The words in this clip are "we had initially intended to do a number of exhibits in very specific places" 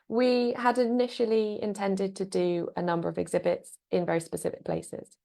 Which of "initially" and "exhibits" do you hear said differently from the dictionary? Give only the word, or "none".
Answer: none